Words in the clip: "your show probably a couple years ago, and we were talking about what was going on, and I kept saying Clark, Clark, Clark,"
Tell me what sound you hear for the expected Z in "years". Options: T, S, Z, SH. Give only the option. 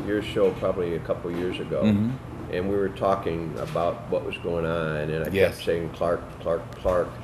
Z